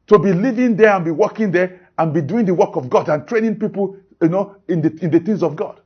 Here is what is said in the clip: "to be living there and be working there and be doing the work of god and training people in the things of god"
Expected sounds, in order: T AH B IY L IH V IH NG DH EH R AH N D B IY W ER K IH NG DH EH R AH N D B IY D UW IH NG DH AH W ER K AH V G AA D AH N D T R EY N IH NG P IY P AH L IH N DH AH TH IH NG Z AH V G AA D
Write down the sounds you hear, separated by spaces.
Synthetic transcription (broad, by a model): T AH B IY L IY V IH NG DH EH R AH N B IY W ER K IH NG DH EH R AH N B IY D UW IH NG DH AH W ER K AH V G AA D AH N T R EY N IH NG P IY P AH N IH N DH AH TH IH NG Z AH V G AA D